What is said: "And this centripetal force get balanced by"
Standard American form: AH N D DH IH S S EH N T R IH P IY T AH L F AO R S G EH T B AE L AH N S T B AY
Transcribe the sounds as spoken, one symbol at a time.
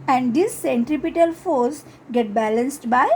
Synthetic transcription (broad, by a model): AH N D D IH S S EH N T R IH P IY T AH L F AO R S G EH T B AE L AH N S T B AY